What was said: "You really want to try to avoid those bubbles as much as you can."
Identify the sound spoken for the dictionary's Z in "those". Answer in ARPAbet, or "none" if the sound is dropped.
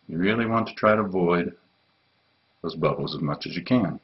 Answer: Z